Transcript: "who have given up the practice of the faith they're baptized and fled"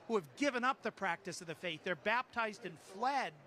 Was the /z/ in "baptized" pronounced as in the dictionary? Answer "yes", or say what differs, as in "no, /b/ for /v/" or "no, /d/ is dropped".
yes